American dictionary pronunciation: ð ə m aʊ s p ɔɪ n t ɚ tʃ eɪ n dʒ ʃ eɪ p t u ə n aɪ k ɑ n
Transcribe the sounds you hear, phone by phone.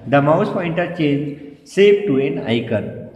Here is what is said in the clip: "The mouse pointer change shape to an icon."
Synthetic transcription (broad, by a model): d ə m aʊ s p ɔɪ n t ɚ tʃ eɪ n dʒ s eɪ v t u ə n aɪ k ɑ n